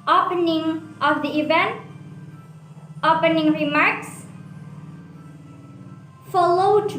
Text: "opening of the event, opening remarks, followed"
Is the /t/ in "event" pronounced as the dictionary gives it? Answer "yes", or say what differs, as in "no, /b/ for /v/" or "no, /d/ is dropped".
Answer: yes